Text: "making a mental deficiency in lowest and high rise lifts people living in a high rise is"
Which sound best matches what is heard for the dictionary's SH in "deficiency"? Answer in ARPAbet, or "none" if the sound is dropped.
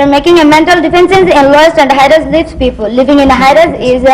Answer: S